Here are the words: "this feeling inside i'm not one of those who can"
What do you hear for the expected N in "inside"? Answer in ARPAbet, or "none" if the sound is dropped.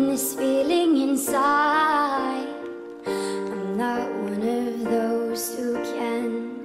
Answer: N